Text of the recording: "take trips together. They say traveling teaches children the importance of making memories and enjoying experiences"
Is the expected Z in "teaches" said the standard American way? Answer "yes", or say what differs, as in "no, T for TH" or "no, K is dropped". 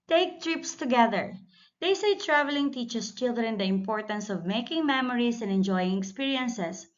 no, S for Z